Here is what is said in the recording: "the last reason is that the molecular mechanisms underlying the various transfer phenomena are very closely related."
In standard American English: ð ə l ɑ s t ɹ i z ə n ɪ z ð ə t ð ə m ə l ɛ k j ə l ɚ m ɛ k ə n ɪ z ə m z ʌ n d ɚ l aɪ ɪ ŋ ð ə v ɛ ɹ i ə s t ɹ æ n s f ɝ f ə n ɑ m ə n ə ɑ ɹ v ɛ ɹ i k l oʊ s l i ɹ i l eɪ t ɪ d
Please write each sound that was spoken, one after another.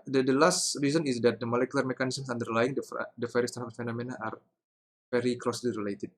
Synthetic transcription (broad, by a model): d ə l ɑ s t ɹ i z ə n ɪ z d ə t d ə m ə l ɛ k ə l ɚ m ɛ k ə n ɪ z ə m s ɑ n d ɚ l aɪ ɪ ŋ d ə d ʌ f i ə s t æ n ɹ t f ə n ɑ m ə n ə ɑ ɹ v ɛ ɹ i k l oʊ s l i ɹ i l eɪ t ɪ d